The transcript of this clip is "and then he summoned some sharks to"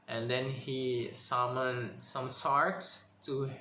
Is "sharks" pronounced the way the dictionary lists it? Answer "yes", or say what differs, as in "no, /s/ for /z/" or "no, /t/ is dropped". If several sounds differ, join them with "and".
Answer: no, /s/ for /ʃ/